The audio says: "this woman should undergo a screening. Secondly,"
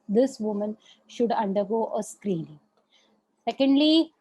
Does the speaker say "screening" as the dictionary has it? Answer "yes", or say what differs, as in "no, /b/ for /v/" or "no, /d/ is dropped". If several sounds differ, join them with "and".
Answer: yes